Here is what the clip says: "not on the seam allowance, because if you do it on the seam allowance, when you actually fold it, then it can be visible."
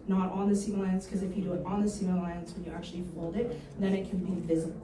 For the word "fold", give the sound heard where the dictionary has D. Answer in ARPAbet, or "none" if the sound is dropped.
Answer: D